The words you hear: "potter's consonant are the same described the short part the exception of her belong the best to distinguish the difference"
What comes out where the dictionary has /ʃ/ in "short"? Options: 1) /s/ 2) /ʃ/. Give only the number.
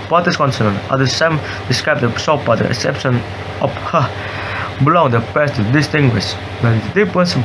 1